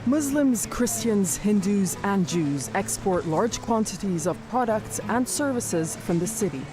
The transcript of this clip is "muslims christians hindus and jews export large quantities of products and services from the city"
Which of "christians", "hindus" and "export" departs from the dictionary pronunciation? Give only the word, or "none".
none